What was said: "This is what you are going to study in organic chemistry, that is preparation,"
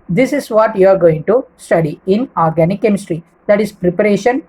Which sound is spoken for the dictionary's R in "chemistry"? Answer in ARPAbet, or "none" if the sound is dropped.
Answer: R